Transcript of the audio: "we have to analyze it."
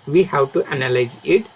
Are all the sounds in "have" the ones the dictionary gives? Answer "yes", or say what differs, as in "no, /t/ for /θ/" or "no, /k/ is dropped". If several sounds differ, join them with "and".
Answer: no, /w/ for /v/